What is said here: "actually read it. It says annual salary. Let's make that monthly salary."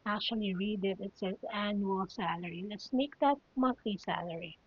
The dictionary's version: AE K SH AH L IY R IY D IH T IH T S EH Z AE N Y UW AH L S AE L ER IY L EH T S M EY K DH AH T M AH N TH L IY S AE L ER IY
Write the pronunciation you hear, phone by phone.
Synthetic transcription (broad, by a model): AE K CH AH L IY R IY D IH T IH T S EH AE N Y UW AH L S AE L ER IY L EH T S M EY K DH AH T M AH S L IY S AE L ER IY